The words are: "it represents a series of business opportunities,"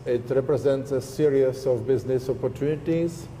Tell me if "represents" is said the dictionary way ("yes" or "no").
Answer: yes